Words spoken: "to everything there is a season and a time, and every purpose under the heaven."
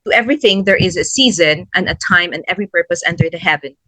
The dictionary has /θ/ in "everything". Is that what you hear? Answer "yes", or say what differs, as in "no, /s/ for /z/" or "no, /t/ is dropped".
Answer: yes